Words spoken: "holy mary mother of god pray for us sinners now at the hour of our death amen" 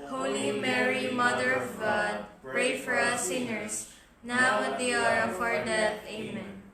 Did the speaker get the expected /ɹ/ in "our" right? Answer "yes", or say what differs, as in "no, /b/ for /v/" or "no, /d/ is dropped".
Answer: yes